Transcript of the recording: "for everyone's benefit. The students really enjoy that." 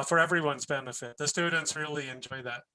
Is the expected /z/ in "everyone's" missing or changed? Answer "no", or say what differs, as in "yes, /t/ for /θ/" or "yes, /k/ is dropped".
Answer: no